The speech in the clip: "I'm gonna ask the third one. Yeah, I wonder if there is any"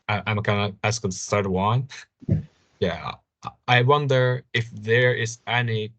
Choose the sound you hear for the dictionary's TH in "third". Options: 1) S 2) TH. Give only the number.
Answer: 1